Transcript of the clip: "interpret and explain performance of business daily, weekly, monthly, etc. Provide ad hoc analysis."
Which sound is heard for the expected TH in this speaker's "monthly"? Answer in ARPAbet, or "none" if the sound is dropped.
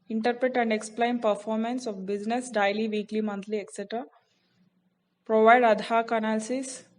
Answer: T